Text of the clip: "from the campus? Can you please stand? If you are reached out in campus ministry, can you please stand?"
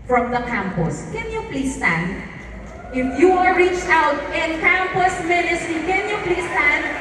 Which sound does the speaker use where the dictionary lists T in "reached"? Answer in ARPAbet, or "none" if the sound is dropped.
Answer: T